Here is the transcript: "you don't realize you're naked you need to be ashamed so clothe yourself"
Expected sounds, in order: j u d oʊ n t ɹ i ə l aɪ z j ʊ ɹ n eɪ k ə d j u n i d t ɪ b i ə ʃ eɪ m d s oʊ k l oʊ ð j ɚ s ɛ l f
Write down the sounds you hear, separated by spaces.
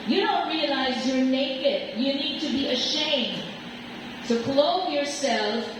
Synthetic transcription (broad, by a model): j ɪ d oʊ n t ɹ i ə l aɪ z j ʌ ɹ n eɪ k ə d j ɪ n i d t ɪ b i ə ʃ eɪ m d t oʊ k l oʊ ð j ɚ s ɛ l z